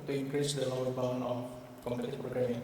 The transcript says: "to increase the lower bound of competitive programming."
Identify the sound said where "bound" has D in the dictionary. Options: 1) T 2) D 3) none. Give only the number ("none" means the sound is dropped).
3